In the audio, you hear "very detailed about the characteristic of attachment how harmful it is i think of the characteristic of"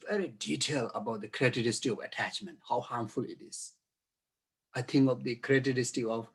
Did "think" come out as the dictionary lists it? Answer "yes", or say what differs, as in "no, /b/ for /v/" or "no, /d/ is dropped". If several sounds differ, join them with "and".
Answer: no, /t/ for /θ/